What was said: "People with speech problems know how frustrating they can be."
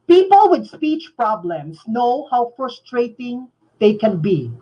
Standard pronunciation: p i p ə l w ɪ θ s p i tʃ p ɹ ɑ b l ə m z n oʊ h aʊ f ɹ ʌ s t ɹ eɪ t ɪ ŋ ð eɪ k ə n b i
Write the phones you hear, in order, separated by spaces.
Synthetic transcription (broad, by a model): p i p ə l w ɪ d s p i tʃ p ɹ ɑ b l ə m s n oʊ h aʊ f ɹ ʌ s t ɹ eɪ t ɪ ŋ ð eɪ k ə n b i